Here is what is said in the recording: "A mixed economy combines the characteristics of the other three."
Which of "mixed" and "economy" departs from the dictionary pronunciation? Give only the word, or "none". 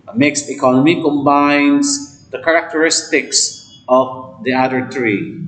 mixed